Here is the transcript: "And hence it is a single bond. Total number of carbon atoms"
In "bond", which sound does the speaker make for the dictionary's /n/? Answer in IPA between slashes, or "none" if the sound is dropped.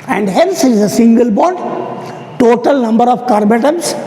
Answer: none